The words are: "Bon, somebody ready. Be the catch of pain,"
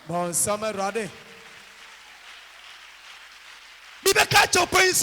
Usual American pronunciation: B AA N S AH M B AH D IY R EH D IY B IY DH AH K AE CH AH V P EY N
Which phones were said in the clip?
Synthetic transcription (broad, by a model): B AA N S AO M AH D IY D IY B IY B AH K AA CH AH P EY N